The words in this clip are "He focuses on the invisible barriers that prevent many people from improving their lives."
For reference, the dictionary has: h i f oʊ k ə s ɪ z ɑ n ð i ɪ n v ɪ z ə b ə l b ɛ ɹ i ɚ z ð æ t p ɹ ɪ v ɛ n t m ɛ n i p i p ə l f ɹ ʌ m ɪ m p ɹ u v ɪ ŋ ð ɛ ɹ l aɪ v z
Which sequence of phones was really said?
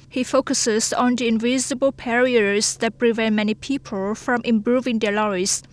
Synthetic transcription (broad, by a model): h i f oʊ k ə s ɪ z ɑ n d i ɪ n v ɪ z ə b ə l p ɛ ɹ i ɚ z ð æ t p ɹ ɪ v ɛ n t m ɛ n i p i p ə l f ɹ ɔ m ɪ m p ɹ u v ɪ ŋ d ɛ l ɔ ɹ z